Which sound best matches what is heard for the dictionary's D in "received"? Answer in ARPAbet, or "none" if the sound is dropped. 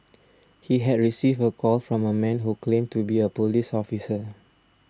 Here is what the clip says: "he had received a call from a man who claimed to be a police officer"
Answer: none